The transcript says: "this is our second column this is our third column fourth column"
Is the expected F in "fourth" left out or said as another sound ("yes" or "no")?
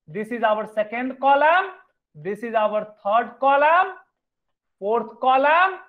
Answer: yes